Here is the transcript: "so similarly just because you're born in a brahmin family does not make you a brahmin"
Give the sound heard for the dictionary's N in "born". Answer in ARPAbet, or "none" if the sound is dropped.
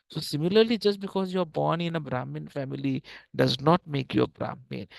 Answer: N